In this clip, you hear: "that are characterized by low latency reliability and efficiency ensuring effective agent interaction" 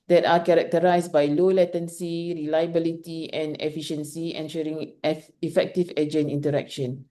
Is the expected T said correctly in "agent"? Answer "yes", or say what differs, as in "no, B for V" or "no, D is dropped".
no, T is dropped